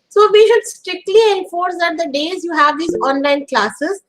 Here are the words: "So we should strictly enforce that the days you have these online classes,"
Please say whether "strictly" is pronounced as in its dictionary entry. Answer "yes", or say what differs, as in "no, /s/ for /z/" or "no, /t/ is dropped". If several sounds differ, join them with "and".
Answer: yes